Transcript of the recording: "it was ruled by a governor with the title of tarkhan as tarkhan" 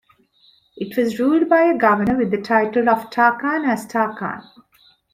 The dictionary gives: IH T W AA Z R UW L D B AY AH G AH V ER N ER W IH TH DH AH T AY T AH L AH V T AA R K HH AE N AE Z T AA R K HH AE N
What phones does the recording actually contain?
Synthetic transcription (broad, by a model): IH T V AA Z R UW L D B AY AH G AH V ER N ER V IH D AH T AY T AH L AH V T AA K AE N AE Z T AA K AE N